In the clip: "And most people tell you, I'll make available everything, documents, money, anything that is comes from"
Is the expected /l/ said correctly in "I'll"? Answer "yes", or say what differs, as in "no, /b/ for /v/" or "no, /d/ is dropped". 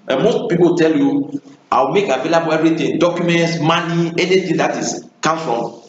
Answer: no, /w/ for /l/